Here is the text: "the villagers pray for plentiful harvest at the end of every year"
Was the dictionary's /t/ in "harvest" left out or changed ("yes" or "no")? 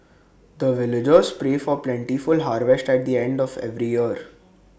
no